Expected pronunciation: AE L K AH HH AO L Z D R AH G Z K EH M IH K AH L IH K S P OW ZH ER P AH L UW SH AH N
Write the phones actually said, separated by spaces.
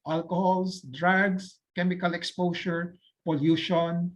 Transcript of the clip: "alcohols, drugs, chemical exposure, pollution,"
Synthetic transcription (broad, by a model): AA L K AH HH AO L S D R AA G S K EH M IH K AH L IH K S P OW SH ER P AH L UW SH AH N